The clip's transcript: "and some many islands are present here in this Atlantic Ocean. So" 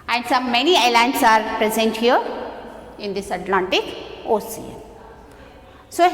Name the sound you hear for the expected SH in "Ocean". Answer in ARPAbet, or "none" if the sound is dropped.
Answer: S